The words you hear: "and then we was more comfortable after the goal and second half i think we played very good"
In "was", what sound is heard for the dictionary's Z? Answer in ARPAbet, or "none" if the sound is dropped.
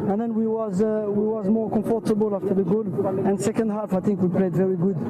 Z